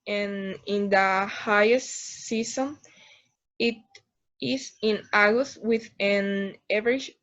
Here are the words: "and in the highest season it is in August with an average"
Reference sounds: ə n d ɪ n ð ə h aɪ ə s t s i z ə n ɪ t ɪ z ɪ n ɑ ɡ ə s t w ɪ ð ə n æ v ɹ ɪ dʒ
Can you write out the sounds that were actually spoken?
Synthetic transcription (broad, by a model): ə n ɪ n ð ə h aɪ ə s t s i s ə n ɪ t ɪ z ɪ n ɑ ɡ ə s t w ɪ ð ə n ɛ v ɹ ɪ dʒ